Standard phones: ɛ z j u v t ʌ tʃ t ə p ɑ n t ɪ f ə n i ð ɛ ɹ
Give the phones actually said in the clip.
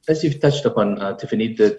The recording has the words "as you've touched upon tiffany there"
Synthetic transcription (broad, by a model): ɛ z j u v t ʌ tʃ t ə p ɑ n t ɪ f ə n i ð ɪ